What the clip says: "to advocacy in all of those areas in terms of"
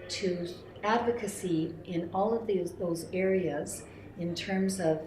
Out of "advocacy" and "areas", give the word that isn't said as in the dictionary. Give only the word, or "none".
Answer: none